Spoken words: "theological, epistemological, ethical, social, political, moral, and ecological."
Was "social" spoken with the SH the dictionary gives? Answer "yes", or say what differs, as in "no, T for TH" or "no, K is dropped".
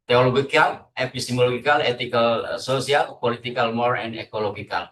no, S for SH